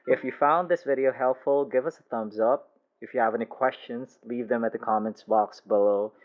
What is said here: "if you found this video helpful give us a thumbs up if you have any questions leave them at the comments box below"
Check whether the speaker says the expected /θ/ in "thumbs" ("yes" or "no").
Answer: yes